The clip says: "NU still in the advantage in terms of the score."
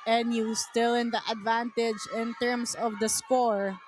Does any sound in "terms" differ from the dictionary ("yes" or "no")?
yes